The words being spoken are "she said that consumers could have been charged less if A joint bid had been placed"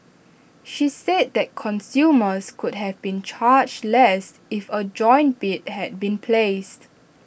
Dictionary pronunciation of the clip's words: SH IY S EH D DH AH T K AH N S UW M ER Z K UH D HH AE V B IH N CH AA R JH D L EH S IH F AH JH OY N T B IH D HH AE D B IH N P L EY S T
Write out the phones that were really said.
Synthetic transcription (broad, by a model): SH IY S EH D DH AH T K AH N S UW M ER S K UH D HH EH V B IH N CH AA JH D L EH S IH F AH JH OY N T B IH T HH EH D B IH N P L EY S T